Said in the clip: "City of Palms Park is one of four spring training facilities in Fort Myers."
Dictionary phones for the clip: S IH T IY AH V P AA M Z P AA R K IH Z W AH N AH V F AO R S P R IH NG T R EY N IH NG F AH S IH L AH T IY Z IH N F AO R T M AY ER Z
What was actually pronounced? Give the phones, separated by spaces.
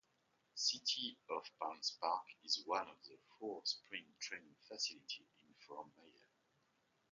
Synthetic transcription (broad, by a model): S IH T IY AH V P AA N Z P AA R K IH Z W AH N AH V F AO R S P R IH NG T R EY N IH NG F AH S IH L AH T IY IH N F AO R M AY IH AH